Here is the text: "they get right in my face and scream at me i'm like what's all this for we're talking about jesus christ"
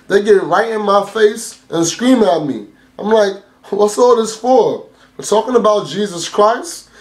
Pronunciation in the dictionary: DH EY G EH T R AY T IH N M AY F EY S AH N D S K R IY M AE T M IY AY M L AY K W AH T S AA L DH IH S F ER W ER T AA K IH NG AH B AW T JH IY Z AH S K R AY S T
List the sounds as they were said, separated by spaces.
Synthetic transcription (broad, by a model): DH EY G EH T R AY T IH N M AY F EY S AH N S K R IY M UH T M IY AY M L AY K W AH T S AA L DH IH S F ER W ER T AA K IH NG AH B AW T JH IY Z AH S K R AY S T